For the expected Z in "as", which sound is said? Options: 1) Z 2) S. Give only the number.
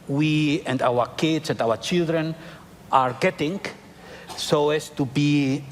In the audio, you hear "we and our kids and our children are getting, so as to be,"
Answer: 2